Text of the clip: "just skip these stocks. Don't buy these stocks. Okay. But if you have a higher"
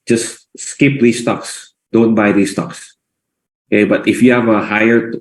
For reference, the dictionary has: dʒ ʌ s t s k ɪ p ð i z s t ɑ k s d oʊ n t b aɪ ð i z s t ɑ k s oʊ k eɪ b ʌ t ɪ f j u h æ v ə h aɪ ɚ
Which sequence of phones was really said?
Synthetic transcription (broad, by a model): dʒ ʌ s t s k ɪ p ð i s t ɑ k s d oʊ n t b aɪ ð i s t ɑ k s oʊ k eɪ b ʌ t ɪ f j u h æ v ə h aɪ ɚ